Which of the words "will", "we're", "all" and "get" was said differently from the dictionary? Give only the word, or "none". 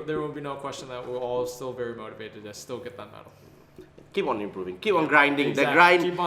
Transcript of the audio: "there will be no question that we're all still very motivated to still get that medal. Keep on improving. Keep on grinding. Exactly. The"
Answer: will